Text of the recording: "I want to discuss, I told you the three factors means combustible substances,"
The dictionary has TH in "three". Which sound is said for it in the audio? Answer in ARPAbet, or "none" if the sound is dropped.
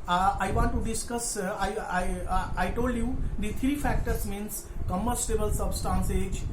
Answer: T